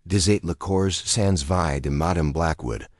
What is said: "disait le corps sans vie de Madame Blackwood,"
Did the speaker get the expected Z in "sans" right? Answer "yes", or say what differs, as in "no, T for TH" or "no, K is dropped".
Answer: yes